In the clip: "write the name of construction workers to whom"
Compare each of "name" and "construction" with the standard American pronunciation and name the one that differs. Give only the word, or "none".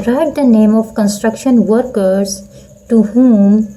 none